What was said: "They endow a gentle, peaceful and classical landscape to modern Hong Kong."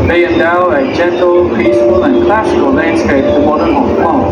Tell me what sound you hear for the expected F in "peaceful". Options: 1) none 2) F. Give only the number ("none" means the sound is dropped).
1